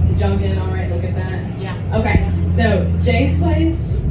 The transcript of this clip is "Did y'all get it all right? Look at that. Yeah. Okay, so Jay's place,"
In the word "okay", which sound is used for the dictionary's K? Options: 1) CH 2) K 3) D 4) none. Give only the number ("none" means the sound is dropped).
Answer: 2